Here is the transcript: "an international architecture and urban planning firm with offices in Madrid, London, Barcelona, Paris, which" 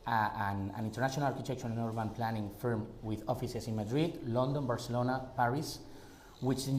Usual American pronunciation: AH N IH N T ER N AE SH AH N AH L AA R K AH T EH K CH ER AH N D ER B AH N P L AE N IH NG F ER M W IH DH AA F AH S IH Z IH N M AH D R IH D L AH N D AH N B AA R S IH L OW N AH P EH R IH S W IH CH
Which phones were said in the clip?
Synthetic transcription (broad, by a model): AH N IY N T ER N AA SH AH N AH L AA R K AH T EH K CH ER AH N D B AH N P L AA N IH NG F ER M W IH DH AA F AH S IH S IH N M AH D R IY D L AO N D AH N B AA R S IH L OW N AH P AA R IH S W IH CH